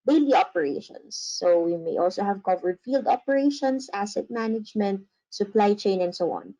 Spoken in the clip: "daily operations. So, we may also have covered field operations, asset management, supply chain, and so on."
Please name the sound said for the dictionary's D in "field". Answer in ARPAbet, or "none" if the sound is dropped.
D